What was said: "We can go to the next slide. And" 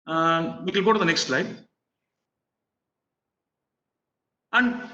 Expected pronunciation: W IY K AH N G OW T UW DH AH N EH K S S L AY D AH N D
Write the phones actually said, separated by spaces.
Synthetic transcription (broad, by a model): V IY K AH L G OW T UW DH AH N EH K S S L AY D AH N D